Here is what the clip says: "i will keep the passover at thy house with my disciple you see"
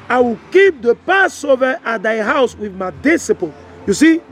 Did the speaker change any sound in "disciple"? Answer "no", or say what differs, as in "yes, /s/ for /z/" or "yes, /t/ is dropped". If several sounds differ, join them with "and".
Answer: yes, /n/ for /l/